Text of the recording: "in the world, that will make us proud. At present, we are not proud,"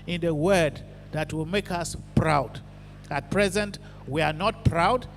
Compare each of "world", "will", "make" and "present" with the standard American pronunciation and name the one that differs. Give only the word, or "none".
world